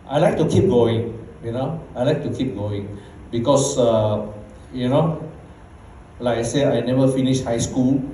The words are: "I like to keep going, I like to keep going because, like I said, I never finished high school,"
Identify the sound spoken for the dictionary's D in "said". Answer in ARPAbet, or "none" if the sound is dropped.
none